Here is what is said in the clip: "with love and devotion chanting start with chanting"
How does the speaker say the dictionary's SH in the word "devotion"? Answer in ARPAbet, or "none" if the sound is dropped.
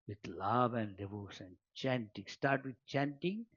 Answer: S